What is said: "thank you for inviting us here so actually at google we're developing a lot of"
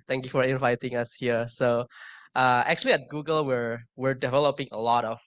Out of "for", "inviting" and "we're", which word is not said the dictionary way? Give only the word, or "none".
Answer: none